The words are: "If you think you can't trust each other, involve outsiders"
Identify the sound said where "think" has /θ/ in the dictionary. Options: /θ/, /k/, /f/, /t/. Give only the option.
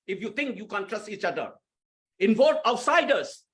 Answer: /t/